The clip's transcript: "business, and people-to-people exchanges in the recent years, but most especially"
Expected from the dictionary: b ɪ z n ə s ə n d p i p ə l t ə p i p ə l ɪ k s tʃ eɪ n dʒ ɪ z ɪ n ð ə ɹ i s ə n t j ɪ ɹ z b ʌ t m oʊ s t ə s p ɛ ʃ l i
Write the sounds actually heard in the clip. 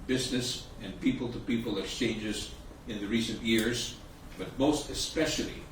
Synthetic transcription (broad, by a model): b ɪ z n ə s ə n p i p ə l t ə p i p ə l ɪ k s tʃ eɪ n dʒ ɪ z ɪ n ð ə ɹ i s ə n t j ɪ ɹ z b ʌ t m oʊ s t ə s p ɛ ʃ l i